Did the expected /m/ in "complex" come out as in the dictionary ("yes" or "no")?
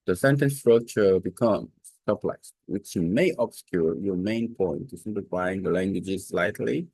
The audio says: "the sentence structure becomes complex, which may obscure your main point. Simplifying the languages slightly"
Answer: no